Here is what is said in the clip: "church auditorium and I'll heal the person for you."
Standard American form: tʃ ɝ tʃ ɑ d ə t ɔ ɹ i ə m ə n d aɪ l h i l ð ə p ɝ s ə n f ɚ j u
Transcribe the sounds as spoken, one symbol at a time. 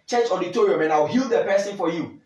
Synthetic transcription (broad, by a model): tʃ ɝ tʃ ɑ d ə t ɔ ɹ i ə m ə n aɪ w h i l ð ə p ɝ s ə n f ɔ j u